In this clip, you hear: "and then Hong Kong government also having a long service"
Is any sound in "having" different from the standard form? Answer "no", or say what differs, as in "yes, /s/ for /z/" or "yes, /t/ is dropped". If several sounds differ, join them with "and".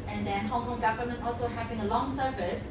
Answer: yes, /p/ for /v/